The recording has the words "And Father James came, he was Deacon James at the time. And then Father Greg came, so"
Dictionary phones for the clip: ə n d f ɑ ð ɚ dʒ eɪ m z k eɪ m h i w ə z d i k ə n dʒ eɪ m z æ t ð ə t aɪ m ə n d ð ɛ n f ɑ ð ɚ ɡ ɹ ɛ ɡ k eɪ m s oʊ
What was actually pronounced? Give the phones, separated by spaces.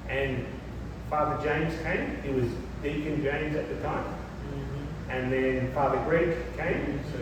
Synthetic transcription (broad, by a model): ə n f ɑ ð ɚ dʒ eɪ m z k eɪ m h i w ə z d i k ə n dʒ eɪ m z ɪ t ð ə t aɪ m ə n ð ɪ n f ɑ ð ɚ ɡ ɹ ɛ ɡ k eɪ m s